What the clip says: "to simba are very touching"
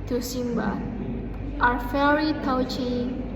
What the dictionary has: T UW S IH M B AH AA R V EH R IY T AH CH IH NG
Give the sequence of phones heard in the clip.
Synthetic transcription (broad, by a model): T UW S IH M B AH AA R F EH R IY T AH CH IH